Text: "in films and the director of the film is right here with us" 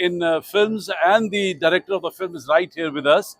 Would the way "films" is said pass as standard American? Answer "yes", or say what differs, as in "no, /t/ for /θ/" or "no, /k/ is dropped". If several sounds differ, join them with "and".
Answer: yes